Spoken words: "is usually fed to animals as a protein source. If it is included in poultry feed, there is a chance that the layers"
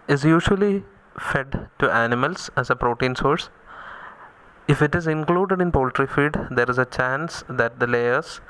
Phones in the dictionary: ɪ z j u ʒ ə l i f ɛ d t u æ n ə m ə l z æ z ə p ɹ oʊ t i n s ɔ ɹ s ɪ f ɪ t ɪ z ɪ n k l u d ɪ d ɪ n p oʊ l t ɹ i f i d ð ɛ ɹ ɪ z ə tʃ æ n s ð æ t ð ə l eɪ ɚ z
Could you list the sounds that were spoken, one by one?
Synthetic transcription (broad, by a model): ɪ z j u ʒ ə l i f ɛ d t u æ n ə m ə l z æ z ə p ɹ oʊ t i n s ɔ ɹ s ɪ f ɪ t ɪ z ɪ n k l u d ɪ d ɪ n p oʊ l t ɹ i f i d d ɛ ɹ ɪ z ə tʃ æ n s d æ t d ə l eɪ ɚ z